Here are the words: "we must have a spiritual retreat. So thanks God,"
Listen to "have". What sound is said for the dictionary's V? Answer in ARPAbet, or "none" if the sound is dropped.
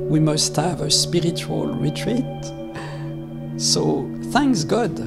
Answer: V